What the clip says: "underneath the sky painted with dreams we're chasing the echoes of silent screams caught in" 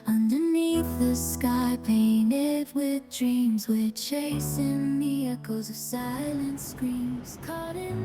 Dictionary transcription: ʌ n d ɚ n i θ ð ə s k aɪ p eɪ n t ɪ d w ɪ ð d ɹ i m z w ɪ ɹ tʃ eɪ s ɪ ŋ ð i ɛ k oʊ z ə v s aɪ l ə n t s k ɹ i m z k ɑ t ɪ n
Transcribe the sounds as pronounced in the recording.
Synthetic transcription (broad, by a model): ʌ n d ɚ n i θ ð ə s k aɪ p eɪ n t ɪ d w ɪ ð d ɹ i m z w ɪ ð tʃ eɪ s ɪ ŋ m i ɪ k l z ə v s aɪ l ə n t s k ɹ i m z k ɑ t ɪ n